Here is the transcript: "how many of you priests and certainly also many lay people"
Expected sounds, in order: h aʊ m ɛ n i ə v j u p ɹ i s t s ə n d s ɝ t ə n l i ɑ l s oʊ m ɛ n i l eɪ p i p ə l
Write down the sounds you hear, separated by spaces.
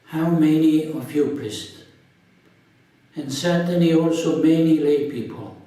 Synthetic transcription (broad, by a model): h aʊ m ɛ n i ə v j u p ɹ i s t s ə n s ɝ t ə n i ɑ l s oʊ m ɛ n i l eɪ p i p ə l